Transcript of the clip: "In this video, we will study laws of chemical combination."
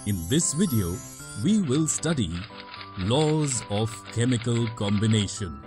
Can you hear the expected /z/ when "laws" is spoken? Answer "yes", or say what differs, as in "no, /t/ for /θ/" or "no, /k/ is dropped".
yes